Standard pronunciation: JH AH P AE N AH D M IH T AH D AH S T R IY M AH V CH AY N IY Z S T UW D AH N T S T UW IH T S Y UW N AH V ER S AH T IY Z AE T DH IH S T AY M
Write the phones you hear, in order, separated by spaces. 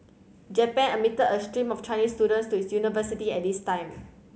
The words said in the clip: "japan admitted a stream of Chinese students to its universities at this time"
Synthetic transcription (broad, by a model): JH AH P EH N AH M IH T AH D AH S T R IY M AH F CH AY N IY S T UW D AH N T S T UW IH T S Y UW N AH V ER S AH T IY EH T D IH S T AY M